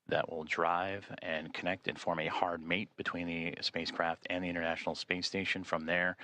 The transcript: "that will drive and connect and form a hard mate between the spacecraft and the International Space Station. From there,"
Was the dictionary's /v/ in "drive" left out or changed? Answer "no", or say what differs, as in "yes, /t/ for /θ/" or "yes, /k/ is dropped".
no